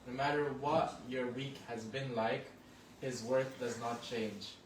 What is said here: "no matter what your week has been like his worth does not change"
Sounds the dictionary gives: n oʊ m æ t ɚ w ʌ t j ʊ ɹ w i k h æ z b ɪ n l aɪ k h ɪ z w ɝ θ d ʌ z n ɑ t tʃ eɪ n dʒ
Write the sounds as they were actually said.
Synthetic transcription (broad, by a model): n oʊ m æ t ɚ w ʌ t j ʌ ɹ w i k h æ z b ɪ n l aɪ k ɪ z w ɝ θ d ʌ z n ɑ t tʃ eɪ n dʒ